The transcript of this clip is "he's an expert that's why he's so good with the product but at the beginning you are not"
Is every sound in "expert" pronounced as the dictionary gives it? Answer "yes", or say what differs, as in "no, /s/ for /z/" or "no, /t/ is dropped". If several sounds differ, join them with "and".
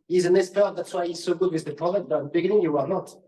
no, /k/ is dropped